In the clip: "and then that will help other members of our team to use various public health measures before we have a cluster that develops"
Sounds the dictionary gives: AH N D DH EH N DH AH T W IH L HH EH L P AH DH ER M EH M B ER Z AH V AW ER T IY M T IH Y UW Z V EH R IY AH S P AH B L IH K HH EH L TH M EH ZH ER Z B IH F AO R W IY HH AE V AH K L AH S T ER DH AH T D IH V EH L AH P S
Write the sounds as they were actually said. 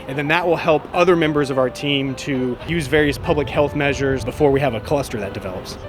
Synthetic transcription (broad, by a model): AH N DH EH N DH AH T W IH L HH EH L P AH DH ER M EH M B ER Z AH V AW ER T IY M T IH Y UW Z V EH R IY AH S P AH B L IH K HH EH L TH M EH ZH ER Z B IH F AO R W IY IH V AH K L AH S T ER DH AH T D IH V EH L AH P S